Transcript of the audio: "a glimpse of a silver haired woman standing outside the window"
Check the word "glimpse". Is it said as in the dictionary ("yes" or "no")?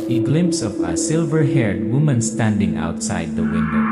yes